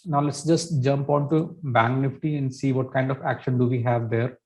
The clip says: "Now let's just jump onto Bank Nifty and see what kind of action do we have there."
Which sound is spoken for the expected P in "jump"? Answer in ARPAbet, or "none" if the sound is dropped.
P